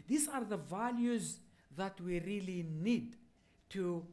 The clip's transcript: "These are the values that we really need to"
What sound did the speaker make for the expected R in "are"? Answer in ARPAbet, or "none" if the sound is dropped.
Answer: R